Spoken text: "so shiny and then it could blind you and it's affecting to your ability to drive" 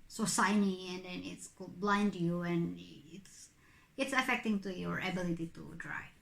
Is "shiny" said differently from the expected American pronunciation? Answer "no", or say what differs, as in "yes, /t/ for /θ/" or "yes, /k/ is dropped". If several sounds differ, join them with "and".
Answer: yes, /s/ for /ʃ/